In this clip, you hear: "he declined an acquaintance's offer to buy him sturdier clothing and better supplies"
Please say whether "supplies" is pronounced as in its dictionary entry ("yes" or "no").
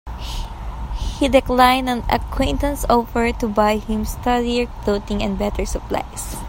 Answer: no